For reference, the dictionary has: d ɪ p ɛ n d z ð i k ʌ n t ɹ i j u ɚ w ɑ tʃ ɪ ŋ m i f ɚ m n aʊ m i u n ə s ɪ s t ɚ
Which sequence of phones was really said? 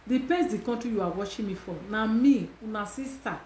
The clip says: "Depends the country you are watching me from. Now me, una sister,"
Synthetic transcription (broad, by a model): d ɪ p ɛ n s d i k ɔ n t i j u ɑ w ɑ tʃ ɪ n m i f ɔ n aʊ m i u n ə s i s t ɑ